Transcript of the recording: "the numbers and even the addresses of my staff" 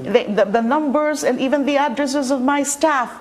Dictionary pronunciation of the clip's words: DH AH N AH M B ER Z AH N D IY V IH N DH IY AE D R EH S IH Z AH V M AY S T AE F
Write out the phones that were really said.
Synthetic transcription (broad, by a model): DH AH N AH M B ER Z AH N D IY V IH N DH IY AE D R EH S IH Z AH V M AY S T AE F